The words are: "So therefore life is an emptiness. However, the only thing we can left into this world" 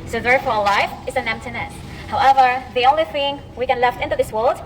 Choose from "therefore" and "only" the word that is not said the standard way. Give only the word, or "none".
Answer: none